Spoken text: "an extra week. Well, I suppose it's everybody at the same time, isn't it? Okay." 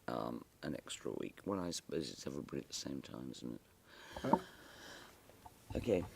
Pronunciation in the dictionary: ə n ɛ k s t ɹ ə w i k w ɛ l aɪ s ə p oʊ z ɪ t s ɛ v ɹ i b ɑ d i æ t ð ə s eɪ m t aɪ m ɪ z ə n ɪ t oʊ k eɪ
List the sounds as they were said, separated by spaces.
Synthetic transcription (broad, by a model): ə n ɛ k s t ɹ ə w i k w ɛ l aɪ s ə p oʊ z ɪ t s ɛ v ɹ i b ɑ d i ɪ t ð ə s eɪ m t aɪ m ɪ z n ɪ t oʊ k eɪ